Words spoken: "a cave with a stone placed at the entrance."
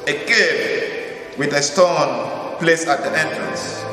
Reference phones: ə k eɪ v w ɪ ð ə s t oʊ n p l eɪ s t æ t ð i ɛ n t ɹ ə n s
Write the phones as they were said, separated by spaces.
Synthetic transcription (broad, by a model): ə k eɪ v w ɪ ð ə s t oʊ n p l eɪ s æ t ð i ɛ n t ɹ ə n s